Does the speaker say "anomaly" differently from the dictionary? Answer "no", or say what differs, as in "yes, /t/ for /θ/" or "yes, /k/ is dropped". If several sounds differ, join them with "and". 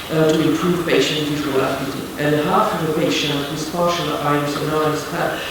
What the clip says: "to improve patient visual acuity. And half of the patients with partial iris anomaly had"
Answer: yes, /m/ is dropped